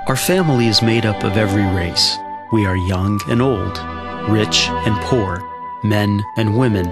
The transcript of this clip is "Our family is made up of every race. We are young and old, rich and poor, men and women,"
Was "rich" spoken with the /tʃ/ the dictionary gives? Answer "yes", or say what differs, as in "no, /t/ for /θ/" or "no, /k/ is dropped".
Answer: yes